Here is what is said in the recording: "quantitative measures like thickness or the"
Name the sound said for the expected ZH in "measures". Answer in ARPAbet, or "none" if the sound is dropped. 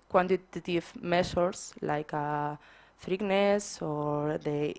S